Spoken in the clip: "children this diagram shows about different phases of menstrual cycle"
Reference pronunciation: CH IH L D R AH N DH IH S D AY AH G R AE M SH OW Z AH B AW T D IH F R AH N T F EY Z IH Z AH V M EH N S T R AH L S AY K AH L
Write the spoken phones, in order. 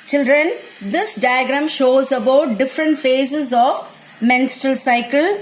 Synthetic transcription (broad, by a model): CH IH L D R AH N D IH S D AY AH G R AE M SH OW Z AH B AW T D IH F R AH N T F EY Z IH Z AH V M EH N S T R AH L S AY K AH L